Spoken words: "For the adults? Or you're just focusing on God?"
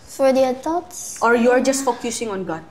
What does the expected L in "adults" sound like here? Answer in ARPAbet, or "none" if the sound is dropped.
none